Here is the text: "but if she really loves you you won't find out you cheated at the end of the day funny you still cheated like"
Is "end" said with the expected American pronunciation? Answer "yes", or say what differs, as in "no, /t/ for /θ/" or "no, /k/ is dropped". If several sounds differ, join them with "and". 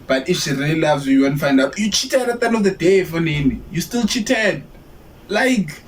no, /d/ is dropped